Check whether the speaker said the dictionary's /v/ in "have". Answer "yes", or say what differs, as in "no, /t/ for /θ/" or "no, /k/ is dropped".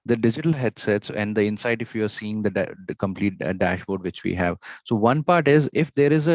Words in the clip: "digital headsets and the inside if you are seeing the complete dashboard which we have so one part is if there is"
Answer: yes